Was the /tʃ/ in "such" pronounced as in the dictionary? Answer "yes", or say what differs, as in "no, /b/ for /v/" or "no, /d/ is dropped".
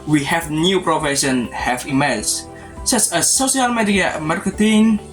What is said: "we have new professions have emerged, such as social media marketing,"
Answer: no, /s/ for /tʃ/